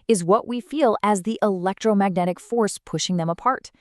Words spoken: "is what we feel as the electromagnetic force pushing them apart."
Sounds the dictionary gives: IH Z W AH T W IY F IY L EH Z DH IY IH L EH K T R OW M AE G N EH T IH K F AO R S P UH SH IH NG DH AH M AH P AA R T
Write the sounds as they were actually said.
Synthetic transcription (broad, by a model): IH Z W AH T W IY F IY L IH Z DH IY IH L EH K T R OW M AE G N EH T IH K F AO R S P UH SH IH NG DH AH M AH P AA R T